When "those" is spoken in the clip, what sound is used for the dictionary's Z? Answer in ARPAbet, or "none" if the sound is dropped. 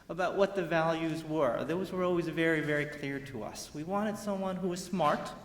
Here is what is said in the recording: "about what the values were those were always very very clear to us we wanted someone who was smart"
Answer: Z